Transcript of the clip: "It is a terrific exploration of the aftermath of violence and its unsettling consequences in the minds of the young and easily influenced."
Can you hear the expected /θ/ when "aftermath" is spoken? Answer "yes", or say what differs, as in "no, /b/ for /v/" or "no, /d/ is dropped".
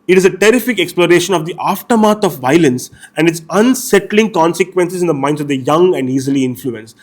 no, /t/ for /θ/